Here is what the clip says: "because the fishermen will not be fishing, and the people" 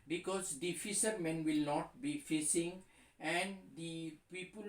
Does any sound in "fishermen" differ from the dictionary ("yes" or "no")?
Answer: yes